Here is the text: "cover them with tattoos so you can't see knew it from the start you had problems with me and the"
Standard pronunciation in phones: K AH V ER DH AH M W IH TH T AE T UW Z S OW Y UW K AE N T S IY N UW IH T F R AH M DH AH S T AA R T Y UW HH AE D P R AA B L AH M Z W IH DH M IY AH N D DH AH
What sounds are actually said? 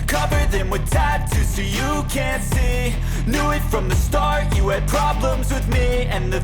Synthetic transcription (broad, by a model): K AH V ER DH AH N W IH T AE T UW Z S OW Y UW K AE N T S IY N UW IH T F R AH M DH AH S T AA R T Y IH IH D P R AA B L AH M Z W IH DH M IY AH N DH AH